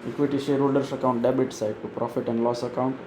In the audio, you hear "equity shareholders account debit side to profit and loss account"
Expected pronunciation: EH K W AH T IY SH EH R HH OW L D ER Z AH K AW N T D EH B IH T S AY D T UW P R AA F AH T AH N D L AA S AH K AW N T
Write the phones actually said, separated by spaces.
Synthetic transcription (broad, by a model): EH K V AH T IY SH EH R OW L D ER S AH K AW N T D EH B IH T S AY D T UW P R AA F AH T AH N D L AA S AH K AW N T